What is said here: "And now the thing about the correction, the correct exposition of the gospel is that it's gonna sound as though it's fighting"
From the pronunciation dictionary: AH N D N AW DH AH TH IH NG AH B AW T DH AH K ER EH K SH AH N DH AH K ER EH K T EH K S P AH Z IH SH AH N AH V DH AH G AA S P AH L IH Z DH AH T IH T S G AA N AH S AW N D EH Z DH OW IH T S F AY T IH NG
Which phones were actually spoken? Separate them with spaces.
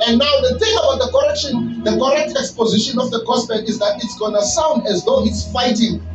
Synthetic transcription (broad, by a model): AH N N AW DH AH TH IH NG AH B AW T DH AH K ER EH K SH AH N DH AH K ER EH K T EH K S P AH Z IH SH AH N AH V DH AH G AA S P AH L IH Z DH AH T IH T S G AA N AH S AW N D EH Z DH OW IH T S F AY T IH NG